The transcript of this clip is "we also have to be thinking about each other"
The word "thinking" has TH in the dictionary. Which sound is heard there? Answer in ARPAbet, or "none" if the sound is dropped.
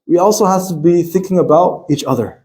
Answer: TH